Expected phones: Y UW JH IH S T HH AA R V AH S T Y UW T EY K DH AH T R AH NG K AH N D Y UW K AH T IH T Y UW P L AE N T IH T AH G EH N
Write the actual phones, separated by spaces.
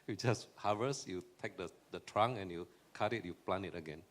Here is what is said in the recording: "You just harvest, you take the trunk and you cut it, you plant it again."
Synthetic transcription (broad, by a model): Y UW JH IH S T HH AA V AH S Y UW T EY K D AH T R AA NG AH N Y UW K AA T IH T Y UW P L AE N IH T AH G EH N